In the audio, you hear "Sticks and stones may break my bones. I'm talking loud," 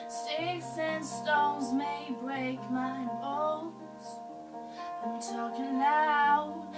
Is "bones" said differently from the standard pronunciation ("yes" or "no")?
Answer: yes